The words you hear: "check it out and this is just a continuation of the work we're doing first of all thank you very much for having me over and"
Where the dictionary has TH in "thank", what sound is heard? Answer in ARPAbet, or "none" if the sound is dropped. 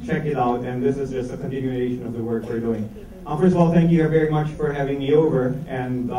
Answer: TH